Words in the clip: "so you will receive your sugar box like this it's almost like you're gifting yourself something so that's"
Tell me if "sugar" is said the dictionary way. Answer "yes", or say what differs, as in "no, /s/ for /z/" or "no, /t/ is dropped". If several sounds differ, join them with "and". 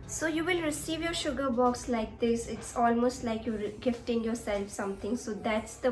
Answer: yes